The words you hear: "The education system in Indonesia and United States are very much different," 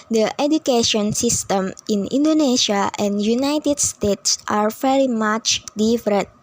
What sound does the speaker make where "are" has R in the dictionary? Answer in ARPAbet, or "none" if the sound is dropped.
R